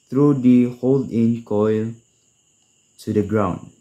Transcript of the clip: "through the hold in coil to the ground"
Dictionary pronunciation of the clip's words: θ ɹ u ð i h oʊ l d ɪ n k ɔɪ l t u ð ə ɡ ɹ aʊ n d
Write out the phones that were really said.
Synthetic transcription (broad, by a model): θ ɹ u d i h oʊ l d ɪ n k ɔɪ l t u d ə ɡ ɹ aʊ n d